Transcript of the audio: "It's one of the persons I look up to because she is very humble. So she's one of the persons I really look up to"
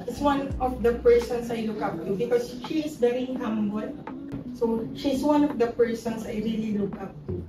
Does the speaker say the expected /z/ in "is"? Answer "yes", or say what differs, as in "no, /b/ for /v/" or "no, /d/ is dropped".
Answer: no, /s/ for /z/